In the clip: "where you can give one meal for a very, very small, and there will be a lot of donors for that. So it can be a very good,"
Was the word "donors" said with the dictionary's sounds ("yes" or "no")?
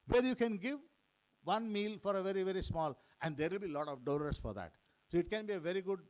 no